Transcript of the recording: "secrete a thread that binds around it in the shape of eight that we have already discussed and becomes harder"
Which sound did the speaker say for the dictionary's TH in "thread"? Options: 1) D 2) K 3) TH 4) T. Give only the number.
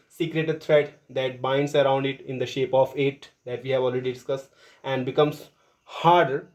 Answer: 4